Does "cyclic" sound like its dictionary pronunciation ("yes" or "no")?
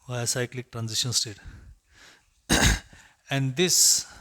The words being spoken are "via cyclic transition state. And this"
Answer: yes